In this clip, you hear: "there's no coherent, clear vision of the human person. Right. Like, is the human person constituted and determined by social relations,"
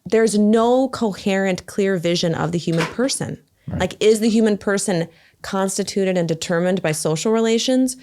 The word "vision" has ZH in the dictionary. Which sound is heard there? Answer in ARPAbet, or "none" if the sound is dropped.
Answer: ZH